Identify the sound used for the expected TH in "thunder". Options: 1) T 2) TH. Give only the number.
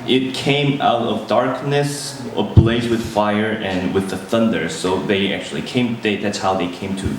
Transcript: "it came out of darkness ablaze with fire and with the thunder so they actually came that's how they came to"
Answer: 2